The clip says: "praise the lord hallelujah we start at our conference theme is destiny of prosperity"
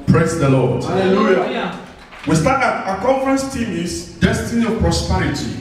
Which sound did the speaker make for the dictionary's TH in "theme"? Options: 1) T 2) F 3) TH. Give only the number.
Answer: 1